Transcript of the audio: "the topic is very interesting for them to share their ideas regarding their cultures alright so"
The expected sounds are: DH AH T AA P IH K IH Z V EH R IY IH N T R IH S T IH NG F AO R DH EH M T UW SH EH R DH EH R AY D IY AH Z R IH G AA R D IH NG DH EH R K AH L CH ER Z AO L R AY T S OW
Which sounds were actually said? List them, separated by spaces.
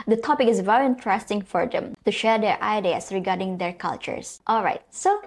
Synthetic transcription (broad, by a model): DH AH T AA P IH K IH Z V EH R IY IH N T R IH S T IH NG F AO R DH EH M T UW SH EH R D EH R AY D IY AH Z R IH G AA R D IH NG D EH R K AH L CH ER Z AO L R AY T S OW